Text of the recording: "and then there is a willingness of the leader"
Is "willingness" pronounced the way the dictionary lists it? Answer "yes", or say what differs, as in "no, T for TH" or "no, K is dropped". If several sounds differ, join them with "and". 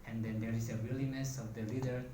no, NG is dropped